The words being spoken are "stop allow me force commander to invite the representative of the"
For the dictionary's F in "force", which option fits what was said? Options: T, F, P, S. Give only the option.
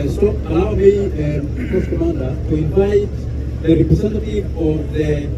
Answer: P